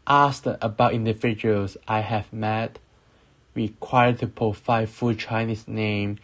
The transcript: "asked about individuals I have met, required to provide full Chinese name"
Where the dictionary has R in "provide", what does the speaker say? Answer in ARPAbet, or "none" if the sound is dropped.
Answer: none